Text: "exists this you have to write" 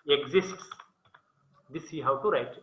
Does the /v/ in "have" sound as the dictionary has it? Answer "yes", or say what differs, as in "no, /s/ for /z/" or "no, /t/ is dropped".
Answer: no, /w/ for /v/